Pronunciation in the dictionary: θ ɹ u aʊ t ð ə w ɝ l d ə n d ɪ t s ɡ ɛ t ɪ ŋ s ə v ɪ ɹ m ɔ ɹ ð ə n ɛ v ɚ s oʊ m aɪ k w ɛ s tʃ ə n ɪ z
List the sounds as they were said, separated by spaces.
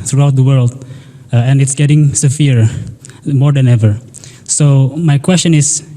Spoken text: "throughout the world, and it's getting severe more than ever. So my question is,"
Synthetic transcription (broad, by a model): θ ɹ u aʊ t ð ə w ɝ l d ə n ɪ t s ɡ ɛ t ɪ ŋ s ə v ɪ ɹ m ɔ ɹ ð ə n ɛ v ɚ s oʊ m aɪ k w ɛ s tʃ ə n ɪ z